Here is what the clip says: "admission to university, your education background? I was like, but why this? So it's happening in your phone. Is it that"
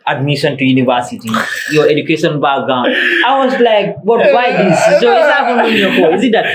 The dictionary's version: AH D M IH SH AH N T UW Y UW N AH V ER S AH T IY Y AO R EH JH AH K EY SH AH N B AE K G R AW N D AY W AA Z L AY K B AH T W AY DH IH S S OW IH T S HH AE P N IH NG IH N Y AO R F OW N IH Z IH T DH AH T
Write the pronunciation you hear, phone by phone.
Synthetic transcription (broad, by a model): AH D M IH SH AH N T UW Y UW N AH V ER S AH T IY Y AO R EH JH AH K EY SH AH N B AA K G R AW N AY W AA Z L AY K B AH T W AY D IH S S OW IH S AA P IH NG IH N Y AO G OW IH Z IH T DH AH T